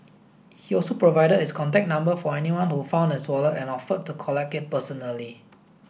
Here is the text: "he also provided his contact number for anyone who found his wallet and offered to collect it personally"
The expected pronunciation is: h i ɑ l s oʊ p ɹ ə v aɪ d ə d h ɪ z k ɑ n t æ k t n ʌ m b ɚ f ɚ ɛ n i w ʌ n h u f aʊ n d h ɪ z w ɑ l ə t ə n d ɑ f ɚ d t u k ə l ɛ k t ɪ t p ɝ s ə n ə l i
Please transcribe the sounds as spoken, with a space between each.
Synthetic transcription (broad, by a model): h i ɑ l s oʊ p ɹ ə v aɪ d ə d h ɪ s k ɑ n t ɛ k n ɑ m b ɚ f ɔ ɛ n i w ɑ n h u f aʊ n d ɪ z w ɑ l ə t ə n ɑ f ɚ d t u k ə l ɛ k ɪ t p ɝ s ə n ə l i